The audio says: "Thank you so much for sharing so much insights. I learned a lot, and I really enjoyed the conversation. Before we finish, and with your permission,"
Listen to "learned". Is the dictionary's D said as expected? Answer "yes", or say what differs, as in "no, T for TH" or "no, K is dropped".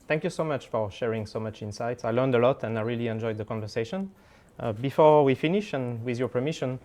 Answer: yes